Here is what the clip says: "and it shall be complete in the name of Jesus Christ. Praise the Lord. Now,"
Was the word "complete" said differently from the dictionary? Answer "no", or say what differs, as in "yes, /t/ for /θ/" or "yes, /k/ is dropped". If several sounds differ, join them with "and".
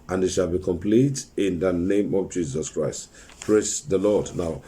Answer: no